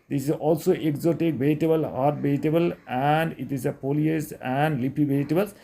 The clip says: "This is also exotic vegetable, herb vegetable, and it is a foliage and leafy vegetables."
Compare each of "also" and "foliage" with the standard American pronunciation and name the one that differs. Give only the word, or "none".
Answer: foliage